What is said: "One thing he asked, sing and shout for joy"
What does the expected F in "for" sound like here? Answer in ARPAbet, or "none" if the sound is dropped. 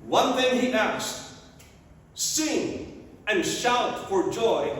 F